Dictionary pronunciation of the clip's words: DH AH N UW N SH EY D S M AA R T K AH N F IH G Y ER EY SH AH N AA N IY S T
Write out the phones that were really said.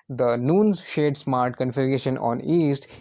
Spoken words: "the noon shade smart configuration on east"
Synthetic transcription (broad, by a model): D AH N UW N SH EY D S M AA R T K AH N F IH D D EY SH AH N AA N IY S T